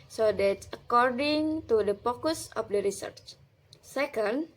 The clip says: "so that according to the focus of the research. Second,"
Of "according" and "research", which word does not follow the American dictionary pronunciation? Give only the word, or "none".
none